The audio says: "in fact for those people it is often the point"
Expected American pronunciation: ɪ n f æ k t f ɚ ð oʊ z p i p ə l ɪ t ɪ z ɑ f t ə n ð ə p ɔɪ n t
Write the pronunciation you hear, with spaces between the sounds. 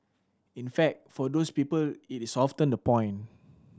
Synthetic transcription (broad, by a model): ɪ n f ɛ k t f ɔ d oʊ s p i p ə l ɪ t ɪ s ɑ f t ə n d ə p ɔɪ n